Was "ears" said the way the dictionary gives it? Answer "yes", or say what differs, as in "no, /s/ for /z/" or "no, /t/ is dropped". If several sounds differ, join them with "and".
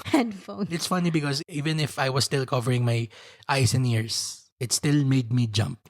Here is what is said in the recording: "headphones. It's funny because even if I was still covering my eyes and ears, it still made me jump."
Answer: no, /s/ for /z/